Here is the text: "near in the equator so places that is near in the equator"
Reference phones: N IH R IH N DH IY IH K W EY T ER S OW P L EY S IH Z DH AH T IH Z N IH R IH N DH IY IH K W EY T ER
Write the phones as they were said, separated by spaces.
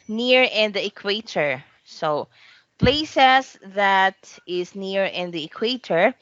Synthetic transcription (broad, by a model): N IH R IH N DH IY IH K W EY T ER S OW P L EY S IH S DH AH T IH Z N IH R IH N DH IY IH K W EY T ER